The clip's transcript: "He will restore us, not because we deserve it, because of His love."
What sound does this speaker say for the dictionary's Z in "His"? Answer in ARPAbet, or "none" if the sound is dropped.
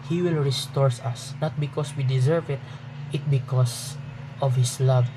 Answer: S